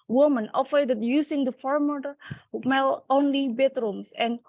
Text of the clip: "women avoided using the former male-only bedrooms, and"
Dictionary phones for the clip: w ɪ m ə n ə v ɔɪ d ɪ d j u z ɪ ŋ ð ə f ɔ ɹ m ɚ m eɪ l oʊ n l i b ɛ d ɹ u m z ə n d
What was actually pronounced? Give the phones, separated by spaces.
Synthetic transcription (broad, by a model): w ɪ m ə n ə f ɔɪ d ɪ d j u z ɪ ŋ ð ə f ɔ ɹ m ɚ m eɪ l oʊ n l i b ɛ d ɹ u m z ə n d